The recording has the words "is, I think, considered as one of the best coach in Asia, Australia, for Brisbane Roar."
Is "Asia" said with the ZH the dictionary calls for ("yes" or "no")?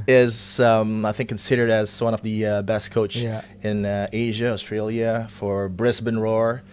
yes